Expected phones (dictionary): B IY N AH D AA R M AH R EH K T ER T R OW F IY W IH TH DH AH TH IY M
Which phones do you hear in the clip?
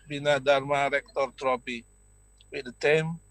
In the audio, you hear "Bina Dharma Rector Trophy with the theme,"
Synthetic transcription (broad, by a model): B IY N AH D AA R M AH R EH K T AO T R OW P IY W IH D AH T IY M